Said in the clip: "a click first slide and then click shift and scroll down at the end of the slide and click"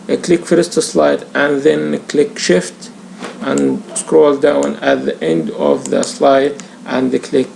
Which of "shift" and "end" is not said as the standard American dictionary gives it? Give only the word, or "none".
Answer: none